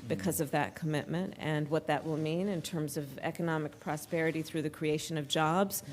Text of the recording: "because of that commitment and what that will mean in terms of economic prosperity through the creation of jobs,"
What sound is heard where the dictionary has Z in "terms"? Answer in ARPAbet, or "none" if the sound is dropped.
Z